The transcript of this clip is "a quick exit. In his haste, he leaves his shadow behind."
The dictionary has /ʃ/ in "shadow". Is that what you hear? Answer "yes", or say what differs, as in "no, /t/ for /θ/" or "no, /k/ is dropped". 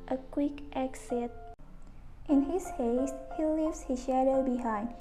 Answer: yes